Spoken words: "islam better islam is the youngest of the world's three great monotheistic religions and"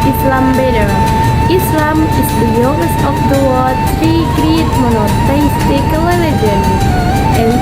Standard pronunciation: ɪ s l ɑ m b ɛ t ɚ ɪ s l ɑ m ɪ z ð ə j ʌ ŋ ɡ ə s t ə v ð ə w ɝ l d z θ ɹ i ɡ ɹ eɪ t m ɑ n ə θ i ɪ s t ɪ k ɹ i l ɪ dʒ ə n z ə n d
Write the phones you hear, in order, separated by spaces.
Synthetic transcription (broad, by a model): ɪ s l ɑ m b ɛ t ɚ ɪ s l ɑ m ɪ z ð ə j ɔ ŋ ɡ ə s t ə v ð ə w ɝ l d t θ ɹ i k ɹ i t m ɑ n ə t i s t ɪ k l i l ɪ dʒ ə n ə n